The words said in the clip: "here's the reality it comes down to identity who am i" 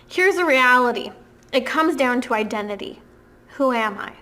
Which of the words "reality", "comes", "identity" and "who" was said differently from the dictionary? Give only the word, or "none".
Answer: none